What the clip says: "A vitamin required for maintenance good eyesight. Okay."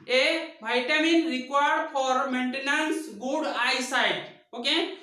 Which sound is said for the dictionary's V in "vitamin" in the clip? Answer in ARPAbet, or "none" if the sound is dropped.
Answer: B